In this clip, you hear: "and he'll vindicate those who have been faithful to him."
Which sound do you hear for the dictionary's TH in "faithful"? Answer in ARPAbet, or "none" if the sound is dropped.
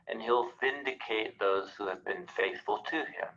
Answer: TH